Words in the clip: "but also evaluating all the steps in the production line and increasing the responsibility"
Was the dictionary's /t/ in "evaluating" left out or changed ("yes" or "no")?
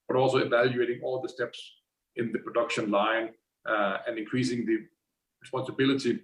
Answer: no